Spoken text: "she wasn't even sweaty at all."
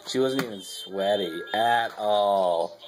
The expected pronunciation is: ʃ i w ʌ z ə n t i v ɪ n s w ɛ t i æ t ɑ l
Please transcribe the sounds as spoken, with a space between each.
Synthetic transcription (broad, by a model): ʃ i w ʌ z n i ɪ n s w ɛ t i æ t ɑ l